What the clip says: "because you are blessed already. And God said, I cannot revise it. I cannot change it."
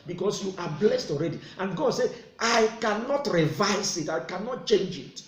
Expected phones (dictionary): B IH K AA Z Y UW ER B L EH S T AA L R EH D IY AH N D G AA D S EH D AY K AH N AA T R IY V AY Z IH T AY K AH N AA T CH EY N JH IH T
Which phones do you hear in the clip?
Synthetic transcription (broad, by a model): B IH K AA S Y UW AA B L EH S T AA L R EH D IY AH N G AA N S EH AY K AH N AA T R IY V AY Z IH T AY K AH N AA T CH EY N JH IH T